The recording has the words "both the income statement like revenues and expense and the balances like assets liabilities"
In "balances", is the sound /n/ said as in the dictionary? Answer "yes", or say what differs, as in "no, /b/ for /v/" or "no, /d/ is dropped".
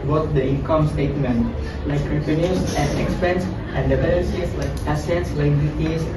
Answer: no, /n/ is dropped